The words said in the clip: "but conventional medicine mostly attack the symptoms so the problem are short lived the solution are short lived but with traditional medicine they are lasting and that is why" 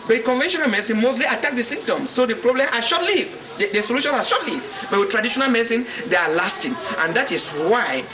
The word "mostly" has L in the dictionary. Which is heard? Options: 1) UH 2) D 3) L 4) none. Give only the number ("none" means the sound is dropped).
3